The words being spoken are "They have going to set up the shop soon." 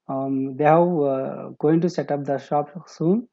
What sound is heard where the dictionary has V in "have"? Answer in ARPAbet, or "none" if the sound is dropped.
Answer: W